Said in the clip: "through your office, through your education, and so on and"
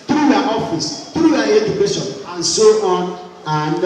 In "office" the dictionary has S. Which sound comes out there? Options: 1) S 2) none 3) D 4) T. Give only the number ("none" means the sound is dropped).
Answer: 1